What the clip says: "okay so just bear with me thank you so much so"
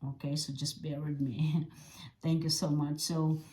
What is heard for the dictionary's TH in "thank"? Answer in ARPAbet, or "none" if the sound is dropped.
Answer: TH